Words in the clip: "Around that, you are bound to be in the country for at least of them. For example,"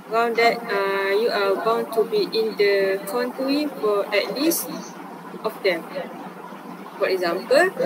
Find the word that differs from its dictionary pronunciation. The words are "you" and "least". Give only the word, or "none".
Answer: none